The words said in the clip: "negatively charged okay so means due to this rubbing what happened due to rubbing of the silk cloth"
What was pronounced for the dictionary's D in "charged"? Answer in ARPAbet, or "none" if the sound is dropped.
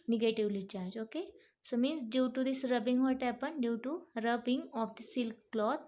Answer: none